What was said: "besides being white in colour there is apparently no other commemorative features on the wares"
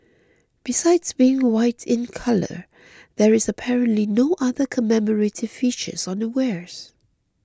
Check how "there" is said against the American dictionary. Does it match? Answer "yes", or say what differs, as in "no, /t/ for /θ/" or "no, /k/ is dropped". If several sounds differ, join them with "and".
yes